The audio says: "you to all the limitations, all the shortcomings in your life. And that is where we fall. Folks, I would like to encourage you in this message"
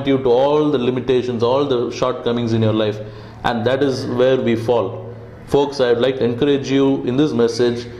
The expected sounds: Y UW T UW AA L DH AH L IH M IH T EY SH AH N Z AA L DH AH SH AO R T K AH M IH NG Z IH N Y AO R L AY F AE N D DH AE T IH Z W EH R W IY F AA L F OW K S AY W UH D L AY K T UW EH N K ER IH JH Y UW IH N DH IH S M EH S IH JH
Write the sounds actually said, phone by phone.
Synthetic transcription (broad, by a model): Y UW T UW AA L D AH L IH M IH T EY SH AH N S AA L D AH SH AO R T K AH M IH NG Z IH N Y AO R L AY F AE N D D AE T IH Z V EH R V IY F AA L F OW K S AY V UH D L AY K T UW EH N K ER IH JH Y UW IH N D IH S M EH S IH JH